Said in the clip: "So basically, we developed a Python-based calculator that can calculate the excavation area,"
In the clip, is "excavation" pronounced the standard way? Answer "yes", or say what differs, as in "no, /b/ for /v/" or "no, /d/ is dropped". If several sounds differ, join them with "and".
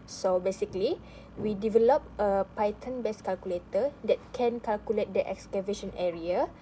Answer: yes